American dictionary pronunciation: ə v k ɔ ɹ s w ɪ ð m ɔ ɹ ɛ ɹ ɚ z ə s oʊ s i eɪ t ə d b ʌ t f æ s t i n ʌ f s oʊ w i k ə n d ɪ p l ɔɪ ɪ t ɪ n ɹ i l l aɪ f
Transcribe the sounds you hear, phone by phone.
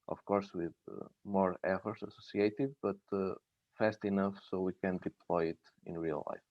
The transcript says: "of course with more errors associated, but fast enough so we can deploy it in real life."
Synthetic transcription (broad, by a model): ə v k ɔ ɹ s w ɪ ð m ɔ ɹ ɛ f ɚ s ə s oʊ s i eɪ t ə d b ʌ t f æ s t i n ʌ f s oʊ w i k ə n d ɪ p l ɔɪ ɪ t ɪ n ɹ i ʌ l aɪ f